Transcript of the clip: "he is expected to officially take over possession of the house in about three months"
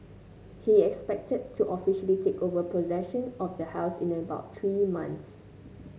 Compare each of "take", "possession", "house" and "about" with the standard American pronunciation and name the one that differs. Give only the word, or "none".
none